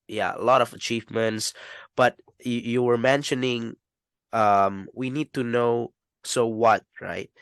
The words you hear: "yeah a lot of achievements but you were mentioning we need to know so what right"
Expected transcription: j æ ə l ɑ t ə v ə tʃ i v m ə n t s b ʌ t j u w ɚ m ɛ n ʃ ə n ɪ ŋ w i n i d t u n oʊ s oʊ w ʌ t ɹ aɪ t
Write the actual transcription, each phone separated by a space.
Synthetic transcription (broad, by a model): j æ ə l ɑ t ə v ə tʃ i v m ə n t s b ʌ t j u w ɚ m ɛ n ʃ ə n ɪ ŋ w i n i d t u n oʊ s oʊ w ʌ t ɹ aɪ t